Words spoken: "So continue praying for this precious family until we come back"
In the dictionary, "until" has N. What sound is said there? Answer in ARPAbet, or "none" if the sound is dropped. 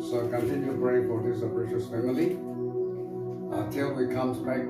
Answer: none